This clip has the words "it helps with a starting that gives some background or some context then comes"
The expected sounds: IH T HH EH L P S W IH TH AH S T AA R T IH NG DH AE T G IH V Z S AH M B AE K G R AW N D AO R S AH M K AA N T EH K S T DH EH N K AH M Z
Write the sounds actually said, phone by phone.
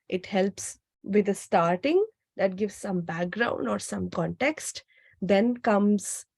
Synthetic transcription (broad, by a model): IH T HH EH L P S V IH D AH S T AA R T IH NG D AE T G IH V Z S AH M B AE K G R AW N D AO R S AH M K AA N T EH K S T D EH N K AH M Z